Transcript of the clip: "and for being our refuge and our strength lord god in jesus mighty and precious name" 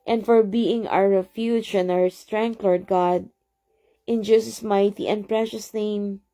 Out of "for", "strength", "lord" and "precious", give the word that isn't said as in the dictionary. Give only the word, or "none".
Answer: strength